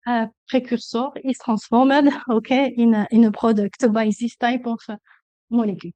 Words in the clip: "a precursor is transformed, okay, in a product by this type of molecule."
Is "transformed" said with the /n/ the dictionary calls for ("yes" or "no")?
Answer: no